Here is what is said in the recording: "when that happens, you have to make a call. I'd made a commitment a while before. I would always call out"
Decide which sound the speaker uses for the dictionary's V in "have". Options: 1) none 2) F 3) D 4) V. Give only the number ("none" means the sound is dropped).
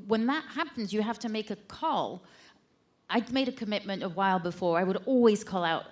2